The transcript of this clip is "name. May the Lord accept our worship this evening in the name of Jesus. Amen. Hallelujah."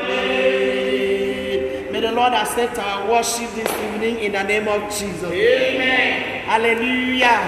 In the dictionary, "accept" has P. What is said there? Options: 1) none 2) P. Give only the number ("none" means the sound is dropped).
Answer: 1